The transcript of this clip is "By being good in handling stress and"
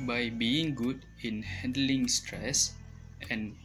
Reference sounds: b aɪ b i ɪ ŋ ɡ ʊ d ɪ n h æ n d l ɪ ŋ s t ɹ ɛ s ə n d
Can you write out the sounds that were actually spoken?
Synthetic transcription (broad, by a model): b aɪ b i ɪ ŋ ɡ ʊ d ɪ n h æ n d l ɪ ŋ s t ɹ ɛ s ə n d